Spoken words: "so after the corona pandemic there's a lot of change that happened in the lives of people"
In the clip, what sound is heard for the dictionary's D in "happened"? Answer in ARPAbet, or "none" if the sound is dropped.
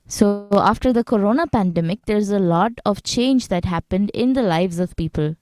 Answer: D